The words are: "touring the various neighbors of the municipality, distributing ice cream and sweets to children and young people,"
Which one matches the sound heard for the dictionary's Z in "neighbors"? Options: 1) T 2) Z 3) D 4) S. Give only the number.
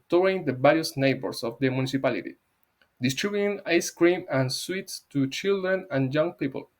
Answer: 4